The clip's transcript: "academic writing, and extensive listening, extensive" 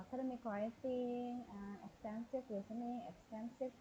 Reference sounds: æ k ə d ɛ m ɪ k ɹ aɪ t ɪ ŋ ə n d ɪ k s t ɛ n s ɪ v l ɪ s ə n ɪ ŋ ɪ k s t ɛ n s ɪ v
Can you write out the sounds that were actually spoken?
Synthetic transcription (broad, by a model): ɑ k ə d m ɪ k w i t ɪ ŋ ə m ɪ k s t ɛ n s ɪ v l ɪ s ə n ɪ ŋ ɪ k s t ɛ n s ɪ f